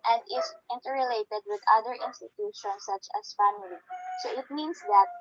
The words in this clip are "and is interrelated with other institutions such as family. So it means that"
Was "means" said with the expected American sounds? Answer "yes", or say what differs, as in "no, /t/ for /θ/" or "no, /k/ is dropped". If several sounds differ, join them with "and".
no, /s/ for /z/